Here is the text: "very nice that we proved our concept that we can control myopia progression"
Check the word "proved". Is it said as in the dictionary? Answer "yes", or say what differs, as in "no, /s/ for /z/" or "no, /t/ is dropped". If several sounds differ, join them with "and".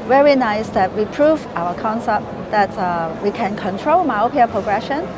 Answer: no, /d/ is dropped